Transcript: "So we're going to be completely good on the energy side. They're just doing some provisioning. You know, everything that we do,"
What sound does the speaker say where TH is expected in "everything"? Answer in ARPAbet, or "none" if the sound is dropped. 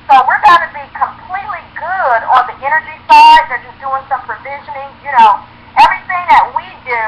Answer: TH